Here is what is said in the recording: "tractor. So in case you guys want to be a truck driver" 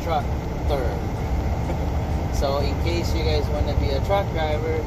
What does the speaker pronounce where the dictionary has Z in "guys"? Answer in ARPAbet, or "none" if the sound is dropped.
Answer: Z